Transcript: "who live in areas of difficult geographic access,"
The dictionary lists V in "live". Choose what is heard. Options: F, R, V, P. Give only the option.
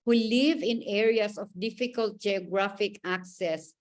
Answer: V